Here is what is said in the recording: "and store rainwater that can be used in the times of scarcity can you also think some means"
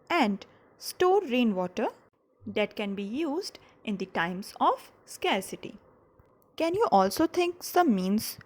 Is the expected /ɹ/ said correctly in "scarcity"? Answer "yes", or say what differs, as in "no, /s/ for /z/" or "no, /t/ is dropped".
yes